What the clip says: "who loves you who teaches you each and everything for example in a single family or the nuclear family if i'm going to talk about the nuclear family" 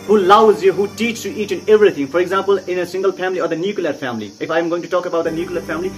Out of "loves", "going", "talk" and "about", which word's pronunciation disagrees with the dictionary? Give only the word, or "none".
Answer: loves